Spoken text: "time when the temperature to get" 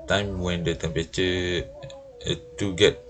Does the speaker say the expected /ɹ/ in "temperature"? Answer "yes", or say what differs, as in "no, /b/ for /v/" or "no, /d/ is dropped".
no, /ɹ/ is dropped